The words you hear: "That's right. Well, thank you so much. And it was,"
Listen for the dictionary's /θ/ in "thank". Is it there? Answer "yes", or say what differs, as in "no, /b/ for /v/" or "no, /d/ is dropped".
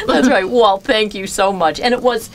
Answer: yes